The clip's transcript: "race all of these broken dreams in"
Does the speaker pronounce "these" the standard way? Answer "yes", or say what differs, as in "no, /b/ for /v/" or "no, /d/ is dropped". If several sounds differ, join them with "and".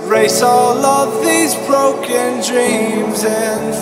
yes